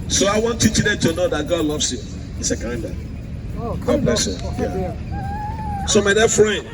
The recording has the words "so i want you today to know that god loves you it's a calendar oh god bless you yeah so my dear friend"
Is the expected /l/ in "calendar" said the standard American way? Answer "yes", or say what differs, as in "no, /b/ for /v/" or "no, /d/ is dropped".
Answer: no, /l/ is dropped